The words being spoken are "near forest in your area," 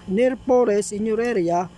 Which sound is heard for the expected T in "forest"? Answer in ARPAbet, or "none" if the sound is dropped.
none